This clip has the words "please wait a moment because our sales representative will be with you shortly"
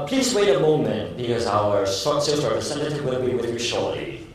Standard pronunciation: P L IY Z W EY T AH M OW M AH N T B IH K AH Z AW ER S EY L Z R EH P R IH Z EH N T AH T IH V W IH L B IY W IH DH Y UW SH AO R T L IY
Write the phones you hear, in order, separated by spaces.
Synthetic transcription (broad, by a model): P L IY Z W EY T AH M OW M AH N T B IH K AH Z AW ER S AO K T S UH F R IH S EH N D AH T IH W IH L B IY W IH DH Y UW SH AO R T L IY